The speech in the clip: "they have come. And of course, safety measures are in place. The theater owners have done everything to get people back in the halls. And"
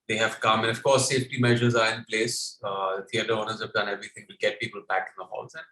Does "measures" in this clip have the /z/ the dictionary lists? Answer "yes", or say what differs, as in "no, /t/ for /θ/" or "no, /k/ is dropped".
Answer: yes